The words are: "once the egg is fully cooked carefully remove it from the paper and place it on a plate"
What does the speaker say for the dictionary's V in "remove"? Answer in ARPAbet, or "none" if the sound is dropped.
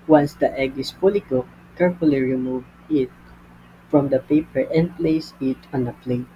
V